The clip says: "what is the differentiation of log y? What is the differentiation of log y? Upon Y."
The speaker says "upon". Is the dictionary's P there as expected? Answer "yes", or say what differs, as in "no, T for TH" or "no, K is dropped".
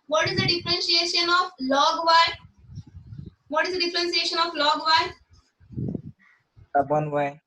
no, B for P